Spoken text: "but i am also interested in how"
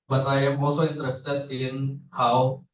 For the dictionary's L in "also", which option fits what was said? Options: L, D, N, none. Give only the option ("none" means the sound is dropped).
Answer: none